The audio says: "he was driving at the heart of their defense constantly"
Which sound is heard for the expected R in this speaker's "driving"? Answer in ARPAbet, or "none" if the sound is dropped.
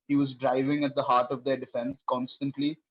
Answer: R